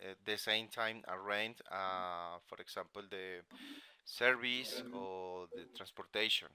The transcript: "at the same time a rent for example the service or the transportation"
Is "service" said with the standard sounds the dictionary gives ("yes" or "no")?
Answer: no